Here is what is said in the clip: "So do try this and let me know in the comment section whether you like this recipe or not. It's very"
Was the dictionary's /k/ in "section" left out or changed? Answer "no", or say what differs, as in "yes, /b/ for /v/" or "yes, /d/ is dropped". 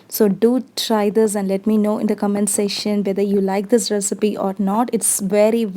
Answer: yes, /k/ is dropped